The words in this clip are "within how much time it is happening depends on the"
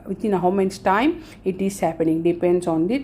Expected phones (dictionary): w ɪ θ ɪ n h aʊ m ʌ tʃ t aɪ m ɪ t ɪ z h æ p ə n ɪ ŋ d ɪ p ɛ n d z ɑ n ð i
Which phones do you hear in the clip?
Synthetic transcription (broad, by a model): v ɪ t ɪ n h aʊ m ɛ s t aɪ m ɪ t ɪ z h æ p ə n ɪ ŋ d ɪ p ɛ n d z ɑ n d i